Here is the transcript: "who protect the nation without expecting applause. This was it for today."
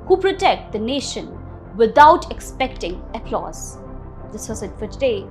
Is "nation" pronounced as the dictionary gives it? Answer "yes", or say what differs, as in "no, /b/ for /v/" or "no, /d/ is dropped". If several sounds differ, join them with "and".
yes